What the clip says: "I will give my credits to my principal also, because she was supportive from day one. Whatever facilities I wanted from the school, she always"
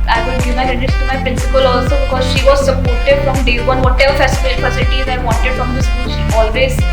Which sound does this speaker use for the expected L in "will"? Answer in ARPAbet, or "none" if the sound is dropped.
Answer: N